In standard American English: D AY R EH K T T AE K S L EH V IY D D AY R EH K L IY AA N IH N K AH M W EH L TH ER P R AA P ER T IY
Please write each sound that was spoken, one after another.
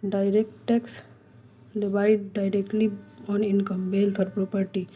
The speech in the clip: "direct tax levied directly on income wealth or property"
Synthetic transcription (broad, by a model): D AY R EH K T T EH K S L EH B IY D D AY R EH K L IY AA N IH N K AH M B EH L T ER P R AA P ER T IY